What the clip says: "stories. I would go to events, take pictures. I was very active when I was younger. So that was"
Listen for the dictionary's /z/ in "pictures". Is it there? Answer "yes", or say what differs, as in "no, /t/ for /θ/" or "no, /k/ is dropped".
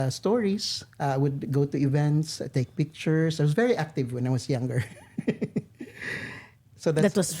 no, /s/ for /z/